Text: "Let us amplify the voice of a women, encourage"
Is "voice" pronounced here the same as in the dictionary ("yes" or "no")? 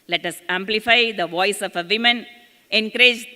yes